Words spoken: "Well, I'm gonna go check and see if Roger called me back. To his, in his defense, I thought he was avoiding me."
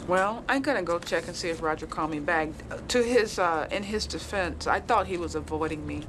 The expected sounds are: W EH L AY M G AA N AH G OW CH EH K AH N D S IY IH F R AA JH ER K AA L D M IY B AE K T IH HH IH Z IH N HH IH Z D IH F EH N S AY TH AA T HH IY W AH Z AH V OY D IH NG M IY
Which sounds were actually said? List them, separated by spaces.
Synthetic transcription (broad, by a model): W EH L AY M G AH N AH G OW CH EH K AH N S IY IH F R AA JH ER K AA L M IY B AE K T IH IH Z IH N IH Z D IH F EH N S AY TH AA T HH IY W AH Z AH V OY D IH NG M IY